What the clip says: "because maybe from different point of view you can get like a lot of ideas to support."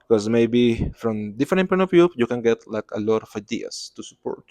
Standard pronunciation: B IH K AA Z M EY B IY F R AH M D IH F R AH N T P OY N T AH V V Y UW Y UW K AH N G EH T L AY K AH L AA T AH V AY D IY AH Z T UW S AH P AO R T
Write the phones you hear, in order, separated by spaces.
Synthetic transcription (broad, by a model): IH K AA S M EY B IY F R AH M D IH F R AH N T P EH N AH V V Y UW Y UW K AH N G EH T L AY K AH L AA T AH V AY D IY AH S T UW S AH P AO R T